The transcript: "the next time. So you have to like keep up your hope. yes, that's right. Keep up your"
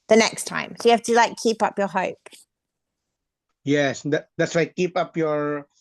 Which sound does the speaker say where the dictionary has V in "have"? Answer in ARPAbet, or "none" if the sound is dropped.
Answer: F